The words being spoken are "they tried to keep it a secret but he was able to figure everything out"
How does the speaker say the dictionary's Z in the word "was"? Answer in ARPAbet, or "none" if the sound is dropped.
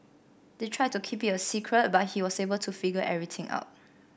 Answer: S